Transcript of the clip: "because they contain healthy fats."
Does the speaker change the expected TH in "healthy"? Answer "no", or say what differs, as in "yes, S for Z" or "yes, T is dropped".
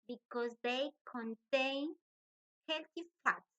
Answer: yes, T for TH